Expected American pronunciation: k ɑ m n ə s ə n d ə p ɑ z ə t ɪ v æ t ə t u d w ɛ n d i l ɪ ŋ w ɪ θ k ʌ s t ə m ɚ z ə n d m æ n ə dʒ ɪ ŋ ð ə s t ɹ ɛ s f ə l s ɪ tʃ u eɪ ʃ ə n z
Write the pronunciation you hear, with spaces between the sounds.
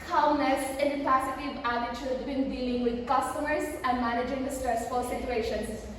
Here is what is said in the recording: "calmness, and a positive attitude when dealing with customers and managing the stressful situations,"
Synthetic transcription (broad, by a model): k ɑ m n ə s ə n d ə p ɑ s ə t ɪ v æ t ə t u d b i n d i l ɪ ŋ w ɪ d k ʌ s t ə m ɚ z ə n d m æ n ə dʒ ɪ ŋ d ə s t ɹ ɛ s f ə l s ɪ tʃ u eɪ ʃ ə n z